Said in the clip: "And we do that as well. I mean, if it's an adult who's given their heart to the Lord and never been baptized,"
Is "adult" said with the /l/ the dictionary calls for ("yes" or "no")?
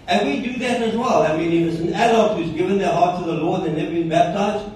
no